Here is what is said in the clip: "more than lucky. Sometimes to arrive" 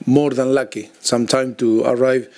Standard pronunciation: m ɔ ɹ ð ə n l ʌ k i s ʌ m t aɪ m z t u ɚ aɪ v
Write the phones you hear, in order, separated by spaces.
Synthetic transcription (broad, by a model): m ɔ ɹ ð ə n l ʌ k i s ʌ m t aɪ m t u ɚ aɪ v